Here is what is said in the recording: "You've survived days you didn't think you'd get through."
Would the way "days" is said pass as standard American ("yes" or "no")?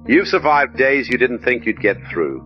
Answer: yes